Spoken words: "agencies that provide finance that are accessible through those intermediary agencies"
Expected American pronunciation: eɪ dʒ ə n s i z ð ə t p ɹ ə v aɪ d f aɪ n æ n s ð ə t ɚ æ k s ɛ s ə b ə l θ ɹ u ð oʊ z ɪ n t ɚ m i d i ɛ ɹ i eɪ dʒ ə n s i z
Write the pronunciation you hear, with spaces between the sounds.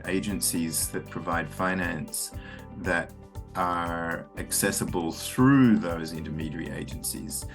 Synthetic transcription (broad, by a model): eɪ dʒ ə n s i z ð ə t p ɹ ə v aɪ d f aɪ n æ n s ð ə t ɚ æ k s ɛ s ə b ə l θ ɹ u ð oʊ z ɪ n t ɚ m i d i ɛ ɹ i eɪ dʒ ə n s i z